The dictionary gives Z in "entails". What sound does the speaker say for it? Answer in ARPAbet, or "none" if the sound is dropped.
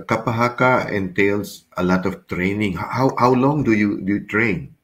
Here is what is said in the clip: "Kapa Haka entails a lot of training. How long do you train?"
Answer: S